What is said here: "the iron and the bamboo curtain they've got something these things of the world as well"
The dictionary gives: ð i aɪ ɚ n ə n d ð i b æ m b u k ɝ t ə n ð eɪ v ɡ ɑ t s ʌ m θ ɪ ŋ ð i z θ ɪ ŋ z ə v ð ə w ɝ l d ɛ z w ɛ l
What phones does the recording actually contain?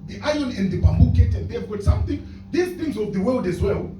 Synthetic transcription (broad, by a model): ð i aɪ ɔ n ə n d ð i b æ m b u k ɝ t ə n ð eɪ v ɡ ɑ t s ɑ m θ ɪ ŋ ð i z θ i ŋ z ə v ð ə w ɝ l d ɛ z w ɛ l